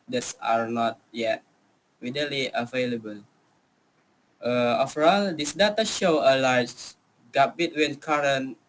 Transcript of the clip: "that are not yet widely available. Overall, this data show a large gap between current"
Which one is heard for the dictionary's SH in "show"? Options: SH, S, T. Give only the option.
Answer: SH